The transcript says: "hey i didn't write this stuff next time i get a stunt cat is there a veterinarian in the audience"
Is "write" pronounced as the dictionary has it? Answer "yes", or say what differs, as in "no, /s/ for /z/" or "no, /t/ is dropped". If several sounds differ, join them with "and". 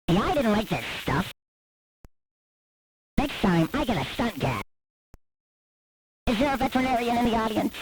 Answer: no, /l/ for /ɹ/